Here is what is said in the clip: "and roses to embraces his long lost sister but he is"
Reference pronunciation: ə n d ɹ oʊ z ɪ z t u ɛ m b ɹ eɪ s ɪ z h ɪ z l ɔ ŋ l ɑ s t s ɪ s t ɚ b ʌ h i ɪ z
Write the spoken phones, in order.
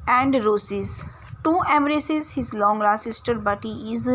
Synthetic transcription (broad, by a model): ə n d ɹ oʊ s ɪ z t u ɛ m ɹ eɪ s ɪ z h ɪ z l ɔ ŋ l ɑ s s ɪ s t ɚ b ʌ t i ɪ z